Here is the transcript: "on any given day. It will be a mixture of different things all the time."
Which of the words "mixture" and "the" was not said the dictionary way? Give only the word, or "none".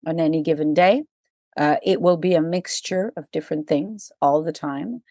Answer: none